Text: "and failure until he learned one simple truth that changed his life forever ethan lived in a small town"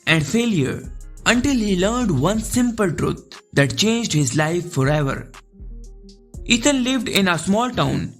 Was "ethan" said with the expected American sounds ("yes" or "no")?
no